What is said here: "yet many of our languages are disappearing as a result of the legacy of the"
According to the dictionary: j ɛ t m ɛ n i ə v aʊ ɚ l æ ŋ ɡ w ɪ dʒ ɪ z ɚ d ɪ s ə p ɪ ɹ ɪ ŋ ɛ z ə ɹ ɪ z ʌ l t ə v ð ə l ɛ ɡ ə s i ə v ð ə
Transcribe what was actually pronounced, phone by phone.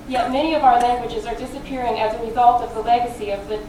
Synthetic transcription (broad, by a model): j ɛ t m ɛ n i ə v aʊ ɚ l æ ŋ ɡ w ɪ dʒ ɪ z ɚ d ɪ s ə p ɪ ɹ ɪ ŋ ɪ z ə ɹ ɪ z ʌ l t ə v ð ə l ɛ ɡ ə s i ə v ð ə